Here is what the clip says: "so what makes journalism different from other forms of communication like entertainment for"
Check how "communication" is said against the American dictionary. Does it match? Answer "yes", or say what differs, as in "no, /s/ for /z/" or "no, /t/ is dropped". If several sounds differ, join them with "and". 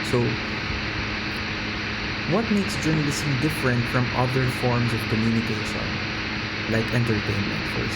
no, /s/ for /ʃ/